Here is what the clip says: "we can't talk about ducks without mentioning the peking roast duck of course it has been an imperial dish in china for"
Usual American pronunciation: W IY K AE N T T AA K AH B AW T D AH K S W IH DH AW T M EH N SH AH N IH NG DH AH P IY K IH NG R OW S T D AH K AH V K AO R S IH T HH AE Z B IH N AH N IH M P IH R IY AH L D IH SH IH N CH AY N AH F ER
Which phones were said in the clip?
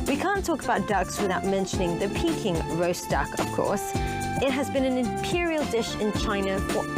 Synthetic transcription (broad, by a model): W IY K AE N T T AA K AH B AW T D AH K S W IH DH AW T M EH N SH AH N IH NG DH AH P IY K IH NG R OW S D AH K AH V K AO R S IH T HH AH Z B IH N AH N IH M P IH R IY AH L D IH SH IH N CH AY N AH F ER